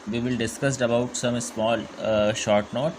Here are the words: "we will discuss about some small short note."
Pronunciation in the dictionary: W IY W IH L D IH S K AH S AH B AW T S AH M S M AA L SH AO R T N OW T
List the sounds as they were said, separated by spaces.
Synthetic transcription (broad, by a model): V IY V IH L D IH S K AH S AH B AW T S AH M S M AA L SH AO R T N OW T